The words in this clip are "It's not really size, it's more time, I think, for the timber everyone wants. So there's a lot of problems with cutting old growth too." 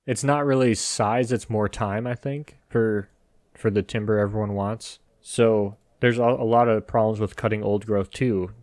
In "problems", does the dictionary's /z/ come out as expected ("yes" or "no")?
yes